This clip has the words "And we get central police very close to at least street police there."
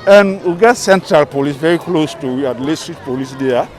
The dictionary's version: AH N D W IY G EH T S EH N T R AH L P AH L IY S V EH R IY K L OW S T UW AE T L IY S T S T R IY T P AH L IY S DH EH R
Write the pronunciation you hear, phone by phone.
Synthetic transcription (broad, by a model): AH N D W IY G EH T S EH N T R AH L P AH L IY S V EH R IY K L OW S T UW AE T L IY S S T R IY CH P AH L IY S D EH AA